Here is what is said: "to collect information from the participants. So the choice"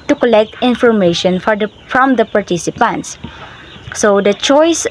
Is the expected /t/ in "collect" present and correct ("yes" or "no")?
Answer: yes